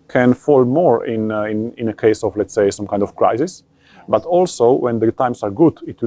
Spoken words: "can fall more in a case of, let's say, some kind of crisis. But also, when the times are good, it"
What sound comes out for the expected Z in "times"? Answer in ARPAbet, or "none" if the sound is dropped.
S